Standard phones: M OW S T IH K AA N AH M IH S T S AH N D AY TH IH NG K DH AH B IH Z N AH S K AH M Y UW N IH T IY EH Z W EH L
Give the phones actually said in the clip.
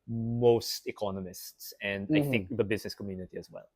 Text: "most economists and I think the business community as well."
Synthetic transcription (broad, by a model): M OW S T IH K AA N AH M IH S T S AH N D AY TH IH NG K DH AH B IH Z N AH S K AH M Y UW N IH T IY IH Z W EH L